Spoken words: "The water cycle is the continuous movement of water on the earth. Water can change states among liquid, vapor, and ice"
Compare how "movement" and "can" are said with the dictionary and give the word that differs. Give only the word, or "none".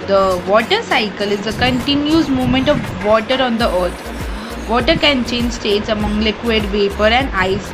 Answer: movement